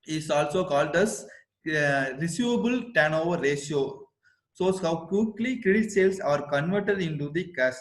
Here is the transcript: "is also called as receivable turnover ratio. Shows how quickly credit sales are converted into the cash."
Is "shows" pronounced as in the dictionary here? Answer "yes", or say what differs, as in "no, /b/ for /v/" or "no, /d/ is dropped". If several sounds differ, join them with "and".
no, /s/ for /ʃ/